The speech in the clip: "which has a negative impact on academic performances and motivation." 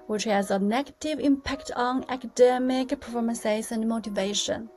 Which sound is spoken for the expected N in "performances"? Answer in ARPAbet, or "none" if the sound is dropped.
none